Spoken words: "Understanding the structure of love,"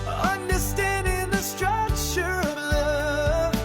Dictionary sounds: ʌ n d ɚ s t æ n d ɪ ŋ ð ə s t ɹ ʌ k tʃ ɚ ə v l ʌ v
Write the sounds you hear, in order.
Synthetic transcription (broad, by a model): ʌ n d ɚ s t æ n d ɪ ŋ ð ə s t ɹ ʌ tʃ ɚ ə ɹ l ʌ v